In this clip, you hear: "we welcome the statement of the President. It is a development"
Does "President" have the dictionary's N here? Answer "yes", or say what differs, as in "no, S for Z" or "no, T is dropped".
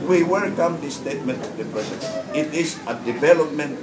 no, N is dropped